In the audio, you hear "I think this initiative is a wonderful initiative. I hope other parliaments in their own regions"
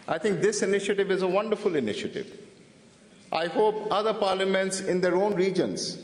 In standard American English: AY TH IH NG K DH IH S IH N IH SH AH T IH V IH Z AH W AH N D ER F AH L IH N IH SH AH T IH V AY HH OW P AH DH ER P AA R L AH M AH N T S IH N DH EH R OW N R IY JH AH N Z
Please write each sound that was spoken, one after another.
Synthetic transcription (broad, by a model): AY T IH NG K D IH S IH N IH SH AH T IH V IH Z AH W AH N D ER F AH L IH N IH SH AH T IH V AY HH OW P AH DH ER P AA R L AH M AH N T S IH N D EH R OW N R IY JH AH N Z